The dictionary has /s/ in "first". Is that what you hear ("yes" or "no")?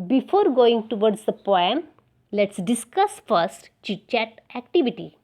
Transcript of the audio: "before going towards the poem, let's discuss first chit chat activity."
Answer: yes